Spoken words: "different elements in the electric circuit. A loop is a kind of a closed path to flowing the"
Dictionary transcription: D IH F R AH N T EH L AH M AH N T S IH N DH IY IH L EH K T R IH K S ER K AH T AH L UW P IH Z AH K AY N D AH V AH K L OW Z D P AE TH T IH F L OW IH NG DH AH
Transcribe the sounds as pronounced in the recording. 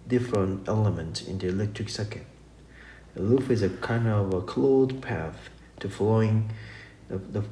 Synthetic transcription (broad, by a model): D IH F R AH N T EH L AH M AH N T S IH N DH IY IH L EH K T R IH K S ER K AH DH AH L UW F IH Z AH K AY N D AH V AH K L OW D P AE TH T IH F L OW IH NG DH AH